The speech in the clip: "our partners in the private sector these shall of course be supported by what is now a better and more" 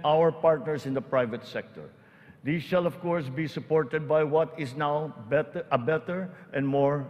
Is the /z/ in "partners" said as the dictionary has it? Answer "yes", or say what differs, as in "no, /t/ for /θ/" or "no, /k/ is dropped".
no, /s/ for /z/